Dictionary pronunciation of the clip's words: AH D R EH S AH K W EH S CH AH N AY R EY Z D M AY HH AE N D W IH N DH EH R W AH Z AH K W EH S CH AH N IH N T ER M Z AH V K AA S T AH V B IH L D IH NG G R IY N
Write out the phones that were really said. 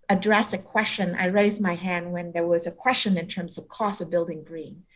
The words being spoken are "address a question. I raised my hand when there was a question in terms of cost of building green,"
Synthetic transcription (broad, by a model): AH D R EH S AH K W EH S CH AH N AY R EY Z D M AY HH AE N D W IH N DH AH R W AH Z AH K W EH S CH AH N IH N T ER M Z AH V K AA S AH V B IH L D IH NG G R IY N